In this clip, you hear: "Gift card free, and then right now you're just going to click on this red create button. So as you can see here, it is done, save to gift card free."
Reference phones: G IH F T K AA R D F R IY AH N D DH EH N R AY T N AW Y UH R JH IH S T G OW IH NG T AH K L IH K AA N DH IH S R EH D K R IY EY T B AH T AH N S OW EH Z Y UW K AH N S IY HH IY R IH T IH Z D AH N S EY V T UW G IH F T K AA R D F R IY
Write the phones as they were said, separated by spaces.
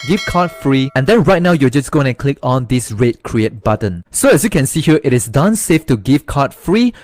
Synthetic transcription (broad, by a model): G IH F K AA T F R IY AH N D EH N R AY T N AW Y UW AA JH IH S G OW IH NG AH K L IH K AA N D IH S R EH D K R IY EY T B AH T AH N S OW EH S Y UW K AH N S IY HH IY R IH T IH S D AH N S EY F T UW G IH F K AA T F R IY